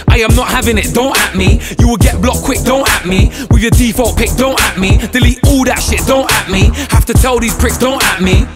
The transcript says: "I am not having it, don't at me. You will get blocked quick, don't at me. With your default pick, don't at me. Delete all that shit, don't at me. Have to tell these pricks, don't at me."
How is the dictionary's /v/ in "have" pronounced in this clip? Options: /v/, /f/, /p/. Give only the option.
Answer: /f/